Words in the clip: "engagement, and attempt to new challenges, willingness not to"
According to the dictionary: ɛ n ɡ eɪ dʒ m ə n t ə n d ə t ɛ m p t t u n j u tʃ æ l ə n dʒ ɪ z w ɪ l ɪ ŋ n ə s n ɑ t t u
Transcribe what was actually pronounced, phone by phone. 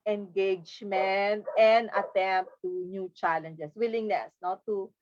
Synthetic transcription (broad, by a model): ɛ n ɡ eɪ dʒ m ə n t ə n d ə t ɛ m p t t u n j u tʃ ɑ l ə n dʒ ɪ s w ɪ l ɪ ŋ n ə s n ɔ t t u